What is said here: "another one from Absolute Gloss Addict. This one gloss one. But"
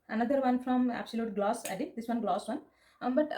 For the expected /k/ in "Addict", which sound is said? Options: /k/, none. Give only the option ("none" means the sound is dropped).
none